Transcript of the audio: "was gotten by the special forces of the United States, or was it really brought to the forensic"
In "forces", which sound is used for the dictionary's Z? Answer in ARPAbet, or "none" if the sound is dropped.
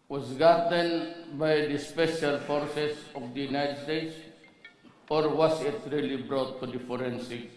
S